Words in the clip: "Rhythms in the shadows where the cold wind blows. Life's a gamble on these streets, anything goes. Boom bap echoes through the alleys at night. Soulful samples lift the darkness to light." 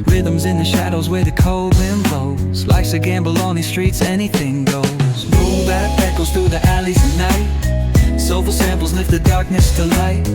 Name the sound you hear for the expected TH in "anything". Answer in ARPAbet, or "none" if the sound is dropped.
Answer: TH